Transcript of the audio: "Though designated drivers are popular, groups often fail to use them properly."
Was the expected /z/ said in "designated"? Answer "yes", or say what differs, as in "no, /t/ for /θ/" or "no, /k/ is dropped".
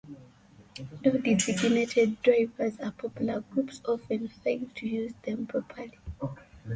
no, /s/ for /z/